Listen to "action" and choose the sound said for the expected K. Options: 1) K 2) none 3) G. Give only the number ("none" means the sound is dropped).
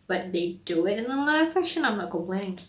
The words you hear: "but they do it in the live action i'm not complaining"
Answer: 2